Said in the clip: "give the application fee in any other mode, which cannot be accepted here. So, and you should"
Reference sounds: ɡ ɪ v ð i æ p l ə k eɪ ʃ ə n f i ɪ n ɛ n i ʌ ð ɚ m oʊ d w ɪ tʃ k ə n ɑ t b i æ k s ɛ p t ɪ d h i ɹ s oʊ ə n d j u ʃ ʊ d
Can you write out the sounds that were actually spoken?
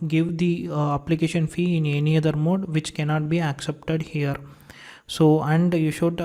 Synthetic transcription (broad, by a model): ɡ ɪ v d i æ p l ə k eɪ ʃ ə n f i ɪ n ɛ n i ʌ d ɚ m oʊ d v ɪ tʃ k ə n ɑ t b i æ k s ɛ p t ɪ d h i ɹ s oʊ ə n d j u ʃ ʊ d